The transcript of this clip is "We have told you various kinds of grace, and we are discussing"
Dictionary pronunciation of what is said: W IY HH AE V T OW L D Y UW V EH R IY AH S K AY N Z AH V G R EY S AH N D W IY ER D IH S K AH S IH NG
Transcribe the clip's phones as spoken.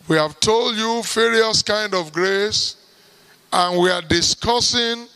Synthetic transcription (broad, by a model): W IY HH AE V T OW L D Y UW F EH R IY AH S K AY N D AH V G R EY S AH N W IY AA D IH S K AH S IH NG